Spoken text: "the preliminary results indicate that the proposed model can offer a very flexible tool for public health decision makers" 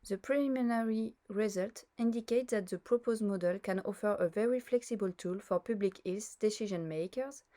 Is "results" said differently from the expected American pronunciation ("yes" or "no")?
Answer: yes